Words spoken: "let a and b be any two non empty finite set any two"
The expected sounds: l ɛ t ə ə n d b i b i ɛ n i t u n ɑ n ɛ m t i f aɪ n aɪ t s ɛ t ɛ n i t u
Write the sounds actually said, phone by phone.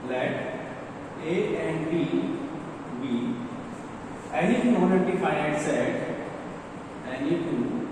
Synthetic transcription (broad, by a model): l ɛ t ə ə n d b i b i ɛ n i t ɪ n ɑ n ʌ t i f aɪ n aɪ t s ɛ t ɛ n i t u